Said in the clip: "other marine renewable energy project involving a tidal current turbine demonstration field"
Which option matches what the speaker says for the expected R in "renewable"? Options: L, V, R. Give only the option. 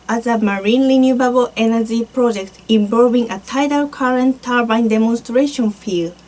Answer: L